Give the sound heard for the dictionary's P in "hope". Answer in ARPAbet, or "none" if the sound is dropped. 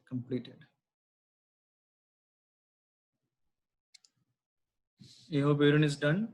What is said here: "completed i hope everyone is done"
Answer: B